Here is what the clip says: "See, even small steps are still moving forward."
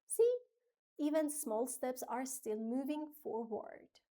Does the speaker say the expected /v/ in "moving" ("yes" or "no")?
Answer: yes